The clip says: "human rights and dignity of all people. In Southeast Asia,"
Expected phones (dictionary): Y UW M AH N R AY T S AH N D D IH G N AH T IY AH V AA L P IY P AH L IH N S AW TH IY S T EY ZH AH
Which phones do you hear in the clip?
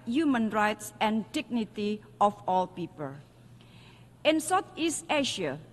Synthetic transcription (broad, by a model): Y UW M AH N R AY T S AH N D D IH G N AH T IY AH F AA L P IY P AH L IH N S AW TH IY S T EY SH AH